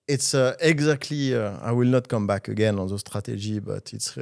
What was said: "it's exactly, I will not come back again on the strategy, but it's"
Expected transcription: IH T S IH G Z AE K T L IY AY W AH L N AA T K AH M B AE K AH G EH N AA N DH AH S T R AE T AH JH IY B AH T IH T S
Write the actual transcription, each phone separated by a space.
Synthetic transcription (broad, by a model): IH T S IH G Z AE K T L IY AY W AH L N AA T K AH M B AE K AH G EH N AA N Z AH S T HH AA T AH ZH IY B AH T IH T S